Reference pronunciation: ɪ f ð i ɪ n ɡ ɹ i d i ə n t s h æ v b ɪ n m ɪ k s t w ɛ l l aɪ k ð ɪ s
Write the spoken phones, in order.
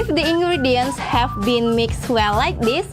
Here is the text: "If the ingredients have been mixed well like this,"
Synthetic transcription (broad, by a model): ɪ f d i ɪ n ɡ ɹ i d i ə n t s h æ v b ɪ n m ɪ k s t w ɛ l l aɪ k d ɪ s